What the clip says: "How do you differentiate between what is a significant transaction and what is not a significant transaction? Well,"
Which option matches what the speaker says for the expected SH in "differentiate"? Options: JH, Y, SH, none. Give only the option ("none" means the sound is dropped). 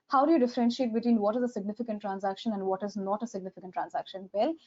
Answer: SH